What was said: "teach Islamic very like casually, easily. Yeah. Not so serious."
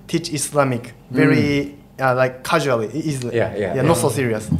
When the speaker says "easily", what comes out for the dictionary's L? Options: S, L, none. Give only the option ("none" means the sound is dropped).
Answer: none